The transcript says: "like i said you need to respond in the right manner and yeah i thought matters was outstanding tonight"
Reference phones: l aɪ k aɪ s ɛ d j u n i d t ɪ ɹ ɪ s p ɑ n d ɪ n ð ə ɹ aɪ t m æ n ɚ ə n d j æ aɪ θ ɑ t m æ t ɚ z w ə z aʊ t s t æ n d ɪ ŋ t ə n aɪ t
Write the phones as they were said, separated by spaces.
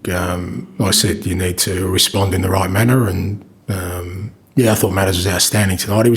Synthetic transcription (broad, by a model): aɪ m aɪ s ɛ d j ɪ n i d t ɪ ɹ ɪ s p ɑ n d ɪ n ð ə ɹ aɪ t m æ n ɚ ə n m j æ aɪ θ ɑ t m æ t ɚ z w ə z aʊ t s t æ n d ɪ ŋ t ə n aɪ t